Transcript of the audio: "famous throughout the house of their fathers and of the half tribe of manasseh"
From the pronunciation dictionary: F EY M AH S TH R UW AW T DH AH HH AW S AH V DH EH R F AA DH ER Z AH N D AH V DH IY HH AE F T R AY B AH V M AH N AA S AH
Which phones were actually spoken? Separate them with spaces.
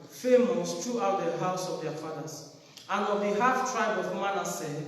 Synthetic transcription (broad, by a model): F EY M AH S T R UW AW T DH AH HH AW S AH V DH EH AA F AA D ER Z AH N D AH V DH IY HH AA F T R AY B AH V M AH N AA S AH